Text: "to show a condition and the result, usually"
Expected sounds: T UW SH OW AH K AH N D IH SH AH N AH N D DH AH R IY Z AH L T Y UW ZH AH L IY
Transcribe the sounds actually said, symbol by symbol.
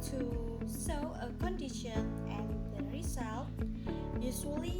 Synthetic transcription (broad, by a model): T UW S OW AH K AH N D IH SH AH N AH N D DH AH R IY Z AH L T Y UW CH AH L IY